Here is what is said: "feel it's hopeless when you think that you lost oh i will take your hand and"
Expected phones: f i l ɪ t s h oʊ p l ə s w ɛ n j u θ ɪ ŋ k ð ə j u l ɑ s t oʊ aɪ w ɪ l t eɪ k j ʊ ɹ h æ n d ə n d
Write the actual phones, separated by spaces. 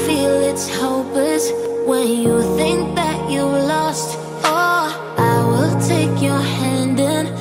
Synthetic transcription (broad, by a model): f i l ɪ t s h oʊ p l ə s w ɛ n j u θ ɪ ŋ k ð ə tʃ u l ɑ s t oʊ aɪ w ɪ l t eɪ k j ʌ ɹ h æ n d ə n